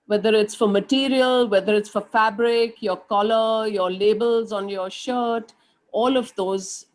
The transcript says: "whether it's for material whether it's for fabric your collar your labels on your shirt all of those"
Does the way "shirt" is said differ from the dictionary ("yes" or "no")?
no